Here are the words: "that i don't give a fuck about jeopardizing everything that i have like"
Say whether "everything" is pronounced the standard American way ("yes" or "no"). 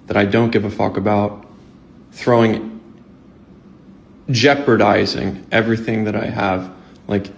yes